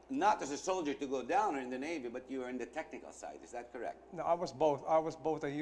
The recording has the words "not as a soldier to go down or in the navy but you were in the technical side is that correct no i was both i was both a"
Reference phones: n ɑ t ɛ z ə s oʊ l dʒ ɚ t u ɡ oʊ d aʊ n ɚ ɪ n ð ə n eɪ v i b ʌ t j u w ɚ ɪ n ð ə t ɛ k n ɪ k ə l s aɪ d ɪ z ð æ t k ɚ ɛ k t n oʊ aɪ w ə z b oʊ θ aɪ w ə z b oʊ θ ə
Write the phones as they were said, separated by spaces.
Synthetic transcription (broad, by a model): n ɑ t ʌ s ə s oʊ l dʒ ɚ t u ɡ oʊ d aʊ n ɚ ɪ n ð ə n eɪ v i b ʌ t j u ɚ ɪ n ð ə t ɛ k n ɪ k ə l s aɪ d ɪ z ð æ t k ɚ ɛ k t n oʊ aɪ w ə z b oʊ θ aɪ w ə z b oʊ θ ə